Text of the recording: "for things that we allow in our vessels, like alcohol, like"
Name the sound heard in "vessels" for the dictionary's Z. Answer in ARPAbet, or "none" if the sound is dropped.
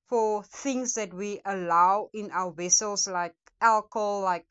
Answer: S